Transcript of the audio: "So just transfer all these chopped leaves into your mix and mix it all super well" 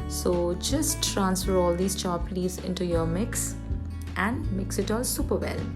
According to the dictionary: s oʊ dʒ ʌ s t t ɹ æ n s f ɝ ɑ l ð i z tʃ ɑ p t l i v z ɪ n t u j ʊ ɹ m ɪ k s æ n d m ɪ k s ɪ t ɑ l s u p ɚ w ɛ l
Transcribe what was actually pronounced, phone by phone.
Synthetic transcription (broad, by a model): s oʊ dʒ ʌ s t t ɹ æ n s f ɝ ɑ l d i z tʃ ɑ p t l i z ɪ n t u j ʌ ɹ m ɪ k s æ n d m ɪ k s ɪ t ɑ l s u p ɚ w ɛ l